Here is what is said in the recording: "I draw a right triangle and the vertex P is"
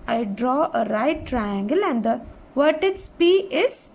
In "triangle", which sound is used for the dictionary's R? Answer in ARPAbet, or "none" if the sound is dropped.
R